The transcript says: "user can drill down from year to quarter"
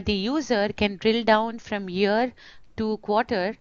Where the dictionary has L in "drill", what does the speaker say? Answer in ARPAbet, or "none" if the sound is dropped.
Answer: L